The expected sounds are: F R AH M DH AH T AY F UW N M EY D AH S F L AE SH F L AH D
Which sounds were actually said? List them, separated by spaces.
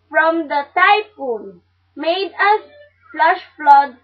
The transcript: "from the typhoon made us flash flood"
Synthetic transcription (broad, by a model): F R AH M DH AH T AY P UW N M EY D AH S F L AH SH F L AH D